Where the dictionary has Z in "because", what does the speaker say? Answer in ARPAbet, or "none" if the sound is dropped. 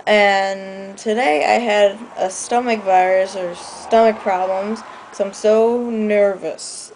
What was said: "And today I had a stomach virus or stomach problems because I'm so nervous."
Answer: none